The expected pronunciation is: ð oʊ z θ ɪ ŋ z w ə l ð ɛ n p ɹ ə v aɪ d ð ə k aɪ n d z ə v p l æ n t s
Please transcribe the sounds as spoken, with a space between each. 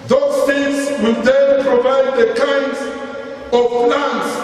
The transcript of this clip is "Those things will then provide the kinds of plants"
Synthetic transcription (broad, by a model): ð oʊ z s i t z w ə l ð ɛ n p ɹ ə v aɪ d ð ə k aɪ n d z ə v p l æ n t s